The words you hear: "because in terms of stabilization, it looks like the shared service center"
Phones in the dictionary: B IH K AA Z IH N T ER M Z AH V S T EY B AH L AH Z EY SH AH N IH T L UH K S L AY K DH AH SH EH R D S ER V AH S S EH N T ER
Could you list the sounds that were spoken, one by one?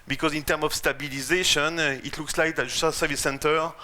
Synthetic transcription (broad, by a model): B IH K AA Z IH N T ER M AH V S T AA B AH L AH Z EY SH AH N IH T L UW K S L AY K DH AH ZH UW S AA S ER V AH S S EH N T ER